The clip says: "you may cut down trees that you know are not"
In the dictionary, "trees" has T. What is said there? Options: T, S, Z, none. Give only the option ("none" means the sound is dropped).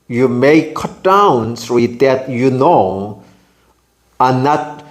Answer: S